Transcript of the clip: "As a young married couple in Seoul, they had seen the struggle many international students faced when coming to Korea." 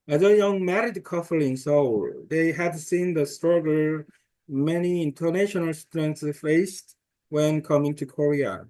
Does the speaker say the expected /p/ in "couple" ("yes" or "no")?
no